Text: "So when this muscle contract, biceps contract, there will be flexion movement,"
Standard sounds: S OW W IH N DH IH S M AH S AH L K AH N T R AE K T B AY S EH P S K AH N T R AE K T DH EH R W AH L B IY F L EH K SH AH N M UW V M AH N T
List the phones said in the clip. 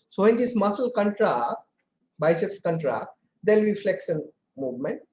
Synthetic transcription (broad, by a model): S OW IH N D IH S M AH S AH L K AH N T R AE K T B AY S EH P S K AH N T R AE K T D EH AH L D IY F L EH K S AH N M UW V M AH N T